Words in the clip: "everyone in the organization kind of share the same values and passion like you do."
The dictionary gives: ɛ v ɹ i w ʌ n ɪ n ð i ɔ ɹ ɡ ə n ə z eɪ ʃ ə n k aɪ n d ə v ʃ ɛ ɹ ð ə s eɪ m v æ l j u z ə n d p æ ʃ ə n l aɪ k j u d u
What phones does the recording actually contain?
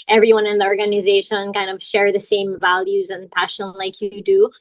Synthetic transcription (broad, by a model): ɛ v ɹ i w ʌ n ɪ n ð i ɔ ɹ ɡ ə n ə z eɪ ʃ ə n k aɪ n d ə v ʃ ɛ ɹ ð ə s eɪ m v æ l j u z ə n p æ ʃ ə n l aɪ k j d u